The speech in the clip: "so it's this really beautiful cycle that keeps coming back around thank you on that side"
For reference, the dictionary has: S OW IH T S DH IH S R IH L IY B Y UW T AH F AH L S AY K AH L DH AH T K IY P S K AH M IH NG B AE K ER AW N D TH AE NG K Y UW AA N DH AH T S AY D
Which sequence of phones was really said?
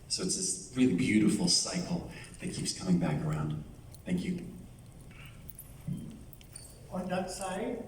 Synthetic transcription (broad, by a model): S OW IH T S DH IH S R IH L IY B Y UW T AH F L S AY K L DH AH T K IY P S K AH M IH NG B AE K ER AW N D TH AE NG K Y UW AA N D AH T S AY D